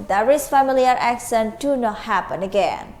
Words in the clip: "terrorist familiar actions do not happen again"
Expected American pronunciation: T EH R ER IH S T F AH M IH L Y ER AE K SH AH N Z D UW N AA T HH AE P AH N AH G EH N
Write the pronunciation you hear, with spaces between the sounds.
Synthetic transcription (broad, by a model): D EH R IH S F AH M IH L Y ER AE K S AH N D UW N AA T HH AE P AH N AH G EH N